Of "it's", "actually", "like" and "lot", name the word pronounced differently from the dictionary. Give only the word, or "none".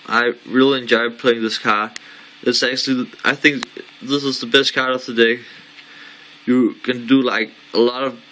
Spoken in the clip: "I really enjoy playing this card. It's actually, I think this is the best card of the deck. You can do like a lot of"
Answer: none